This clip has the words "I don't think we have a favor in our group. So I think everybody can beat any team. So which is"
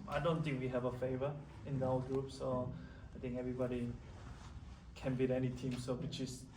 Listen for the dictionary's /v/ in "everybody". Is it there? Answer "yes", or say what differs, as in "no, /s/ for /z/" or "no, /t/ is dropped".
yes